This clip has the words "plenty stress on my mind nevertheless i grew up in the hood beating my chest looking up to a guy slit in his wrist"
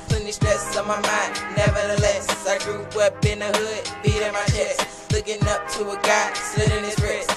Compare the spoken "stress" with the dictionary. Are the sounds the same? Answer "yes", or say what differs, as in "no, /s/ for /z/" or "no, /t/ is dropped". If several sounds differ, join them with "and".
no, /ʃ/ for /s/ and /ɹ/ is dropped